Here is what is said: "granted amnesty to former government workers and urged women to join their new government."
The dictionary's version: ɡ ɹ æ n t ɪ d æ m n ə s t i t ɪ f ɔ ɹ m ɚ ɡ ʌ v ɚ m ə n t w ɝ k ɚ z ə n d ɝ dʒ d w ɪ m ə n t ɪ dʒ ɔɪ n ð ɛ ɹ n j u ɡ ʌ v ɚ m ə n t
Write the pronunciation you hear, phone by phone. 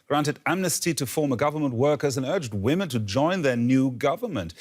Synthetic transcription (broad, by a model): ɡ ɹ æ n t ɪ d æ m n ə s t i t ɪ f ɔ ɹ m ɚ ɡ ʌ v ɚ m ə n t w ɝ k ɚ z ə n ɝ dʒ d w ɪ m ə n t ɪ dʒ ɔɪ n ð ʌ ɹ n j u ɡ ʌ v ɚ m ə n t